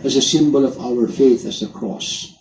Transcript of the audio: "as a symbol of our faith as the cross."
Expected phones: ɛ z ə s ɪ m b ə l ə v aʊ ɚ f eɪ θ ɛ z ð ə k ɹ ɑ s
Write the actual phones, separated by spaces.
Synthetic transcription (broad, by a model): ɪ z ə s ɪ m b ə l ə v aʊ ɚ f eɪ θ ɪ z ð ə k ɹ ɑ s